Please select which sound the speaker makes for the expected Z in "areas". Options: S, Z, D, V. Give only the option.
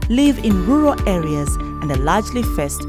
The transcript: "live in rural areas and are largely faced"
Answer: Z